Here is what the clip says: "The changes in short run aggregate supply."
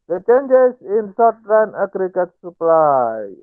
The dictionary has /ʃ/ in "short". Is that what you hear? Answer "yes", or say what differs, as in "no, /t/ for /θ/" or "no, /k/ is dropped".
no, /s/ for /ʃ/